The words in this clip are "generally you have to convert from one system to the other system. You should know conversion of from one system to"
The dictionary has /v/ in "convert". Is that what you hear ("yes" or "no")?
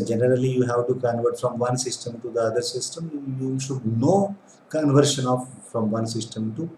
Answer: yes